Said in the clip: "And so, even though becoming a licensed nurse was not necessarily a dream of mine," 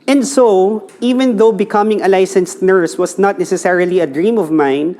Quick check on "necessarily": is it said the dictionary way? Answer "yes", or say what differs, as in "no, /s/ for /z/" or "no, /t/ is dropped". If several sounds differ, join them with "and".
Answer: yes